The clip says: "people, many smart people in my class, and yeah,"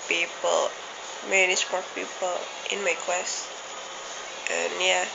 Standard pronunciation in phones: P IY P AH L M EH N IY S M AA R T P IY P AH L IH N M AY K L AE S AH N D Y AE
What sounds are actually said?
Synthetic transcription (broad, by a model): P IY P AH L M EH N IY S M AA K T P IY P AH L IH N M AY K W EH S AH N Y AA